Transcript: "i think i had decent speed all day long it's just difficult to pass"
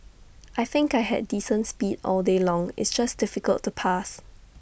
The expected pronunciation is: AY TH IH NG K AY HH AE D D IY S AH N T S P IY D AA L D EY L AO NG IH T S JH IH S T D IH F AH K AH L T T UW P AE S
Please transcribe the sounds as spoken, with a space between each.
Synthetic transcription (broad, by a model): AY TH IH NG K AY HH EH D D IY S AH N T S P IY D AA L D EY L AO NG IH T S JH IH S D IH F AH K AH L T T UW P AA S